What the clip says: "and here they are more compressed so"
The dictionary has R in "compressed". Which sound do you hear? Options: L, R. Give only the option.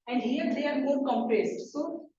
R